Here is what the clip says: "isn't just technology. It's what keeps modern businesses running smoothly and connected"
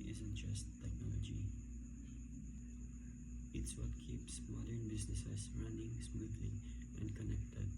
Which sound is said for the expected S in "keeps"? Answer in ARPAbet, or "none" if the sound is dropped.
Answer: S